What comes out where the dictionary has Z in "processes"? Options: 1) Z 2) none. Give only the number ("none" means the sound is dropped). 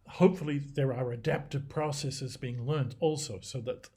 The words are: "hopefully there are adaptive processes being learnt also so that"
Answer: 1